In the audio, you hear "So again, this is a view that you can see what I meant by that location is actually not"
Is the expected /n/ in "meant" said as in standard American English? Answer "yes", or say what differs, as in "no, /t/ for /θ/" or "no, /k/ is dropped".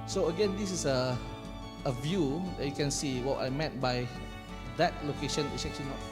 no, /n/ is dropped